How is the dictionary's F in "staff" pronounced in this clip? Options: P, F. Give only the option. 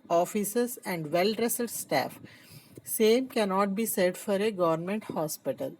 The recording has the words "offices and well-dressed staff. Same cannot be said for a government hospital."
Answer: F